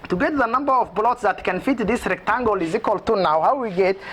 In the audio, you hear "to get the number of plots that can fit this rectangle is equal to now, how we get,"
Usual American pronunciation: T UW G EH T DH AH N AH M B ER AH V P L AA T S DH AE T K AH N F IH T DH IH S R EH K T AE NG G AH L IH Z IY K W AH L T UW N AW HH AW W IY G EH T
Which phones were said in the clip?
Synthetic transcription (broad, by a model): T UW G EH T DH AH N AH M B ER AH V B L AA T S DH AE T K AH N F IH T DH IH S R EH K T AE NG G AH L IH Z IY K W AH L T UW N AW HH AW W IY G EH T